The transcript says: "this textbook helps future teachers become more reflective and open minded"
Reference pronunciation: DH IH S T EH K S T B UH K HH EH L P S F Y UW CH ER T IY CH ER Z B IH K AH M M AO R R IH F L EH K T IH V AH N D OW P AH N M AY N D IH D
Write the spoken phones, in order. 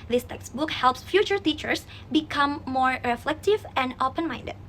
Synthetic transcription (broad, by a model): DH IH S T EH K S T B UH K HH EH L P S F Y UW CH ER T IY CH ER S B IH K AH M M AO R R IH F L EH K T IH V AH N D OW P AH N M AY N D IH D